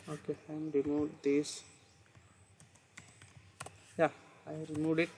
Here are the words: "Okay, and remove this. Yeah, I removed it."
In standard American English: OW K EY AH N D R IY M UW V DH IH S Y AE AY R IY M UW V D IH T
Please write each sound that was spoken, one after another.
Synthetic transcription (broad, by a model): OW K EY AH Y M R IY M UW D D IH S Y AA AY R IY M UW D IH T